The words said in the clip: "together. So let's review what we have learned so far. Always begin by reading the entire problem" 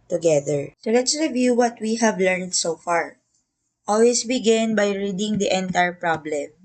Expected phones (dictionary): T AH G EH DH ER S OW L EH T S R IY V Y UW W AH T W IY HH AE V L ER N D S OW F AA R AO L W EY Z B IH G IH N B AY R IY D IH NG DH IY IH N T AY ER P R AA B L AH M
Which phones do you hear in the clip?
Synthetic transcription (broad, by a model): T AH G EH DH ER S OW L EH T S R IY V Y UW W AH T W IY HH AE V L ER N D S OW F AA R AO L W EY S B IH G IH N B AY R IY D IH NG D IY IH N T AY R P R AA B L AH M